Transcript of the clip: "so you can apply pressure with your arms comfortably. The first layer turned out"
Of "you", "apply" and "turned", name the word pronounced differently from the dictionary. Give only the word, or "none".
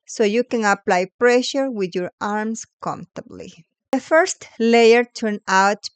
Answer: turned